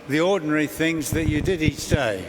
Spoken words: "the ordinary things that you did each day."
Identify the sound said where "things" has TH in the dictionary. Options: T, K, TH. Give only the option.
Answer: TH